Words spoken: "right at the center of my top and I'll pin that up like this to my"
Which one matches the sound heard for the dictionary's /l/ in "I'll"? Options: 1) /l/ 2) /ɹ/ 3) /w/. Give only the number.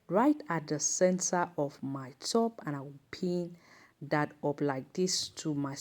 3